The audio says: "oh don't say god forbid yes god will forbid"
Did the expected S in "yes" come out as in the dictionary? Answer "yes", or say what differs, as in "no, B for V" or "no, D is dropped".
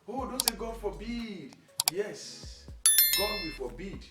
yes